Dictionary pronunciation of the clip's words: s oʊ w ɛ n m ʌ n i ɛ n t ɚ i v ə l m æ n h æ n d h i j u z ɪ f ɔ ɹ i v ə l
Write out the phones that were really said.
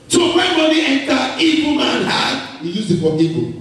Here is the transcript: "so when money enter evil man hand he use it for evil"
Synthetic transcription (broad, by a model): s oʊ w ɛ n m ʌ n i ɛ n t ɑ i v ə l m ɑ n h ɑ d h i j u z ɪ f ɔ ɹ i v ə